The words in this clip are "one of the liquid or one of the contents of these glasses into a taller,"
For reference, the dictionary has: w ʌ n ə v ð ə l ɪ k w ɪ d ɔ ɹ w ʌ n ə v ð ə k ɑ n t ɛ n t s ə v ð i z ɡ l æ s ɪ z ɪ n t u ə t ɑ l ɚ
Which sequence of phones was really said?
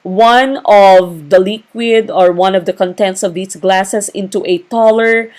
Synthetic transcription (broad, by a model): w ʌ n ə v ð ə l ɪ k w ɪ d ɔ ɹ w ʌ n ə v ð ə k ɑ n t ɛ n t s ə v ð i s ɡ l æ s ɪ s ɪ n t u ə t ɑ l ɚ